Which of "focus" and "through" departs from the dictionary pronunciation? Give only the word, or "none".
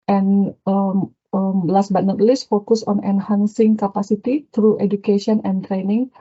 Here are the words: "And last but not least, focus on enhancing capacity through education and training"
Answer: through